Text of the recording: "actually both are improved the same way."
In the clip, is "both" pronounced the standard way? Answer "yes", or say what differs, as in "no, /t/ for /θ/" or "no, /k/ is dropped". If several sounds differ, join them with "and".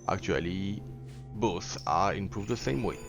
no, /s/ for /θ/